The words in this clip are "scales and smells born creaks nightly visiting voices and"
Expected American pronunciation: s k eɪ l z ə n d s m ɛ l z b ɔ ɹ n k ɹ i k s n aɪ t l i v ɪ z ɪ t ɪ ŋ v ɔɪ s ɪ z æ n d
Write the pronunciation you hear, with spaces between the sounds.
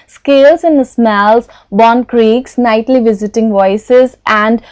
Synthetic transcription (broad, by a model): s k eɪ l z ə n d s m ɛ l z b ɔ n k ɹ i k s n aɪ t l i v ɪ z ɪ t ɪ ŋ v ɔɪ s ɪ z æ n d